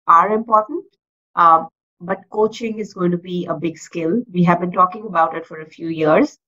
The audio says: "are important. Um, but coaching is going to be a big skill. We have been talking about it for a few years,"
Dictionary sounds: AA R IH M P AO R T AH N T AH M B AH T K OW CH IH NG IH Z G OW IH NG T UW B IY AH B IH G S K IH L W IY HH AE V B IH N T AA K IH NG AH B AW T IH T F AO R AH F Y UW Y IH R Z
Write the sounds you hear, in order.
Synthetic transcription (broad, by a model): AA R IH M P AO R T AH N T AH B AH T K OW CH IH NG IH Z G OW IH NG T UW B IY AH B IH G S K IH L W IY HH AE V B IH N T AA K IH NG AH B AW T IH T F AO R AH F Y UW Y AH R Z